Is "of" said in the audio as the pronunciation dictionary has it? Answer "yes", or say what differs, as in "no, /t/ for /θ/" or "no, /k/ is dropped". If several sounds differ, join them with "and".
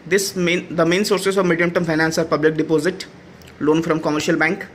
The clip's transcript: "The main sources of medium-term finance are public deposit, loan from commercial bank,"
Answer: yes